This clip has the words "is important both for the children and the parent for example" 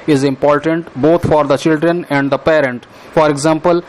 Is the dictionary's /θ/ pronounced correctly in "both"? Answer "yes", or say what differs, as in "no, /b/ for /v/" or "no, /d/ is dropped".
no, /t/ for /θ/